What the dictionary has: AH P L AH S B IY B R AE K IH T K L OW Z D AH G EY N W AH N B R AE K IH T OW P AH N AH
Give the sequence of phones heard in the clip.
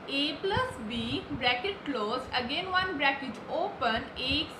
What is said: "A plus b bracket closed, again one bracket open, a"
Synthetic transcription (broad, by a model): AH P L AH S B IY B R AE K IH T K L OW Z AH G EY N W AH N B R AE K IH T OW P AH N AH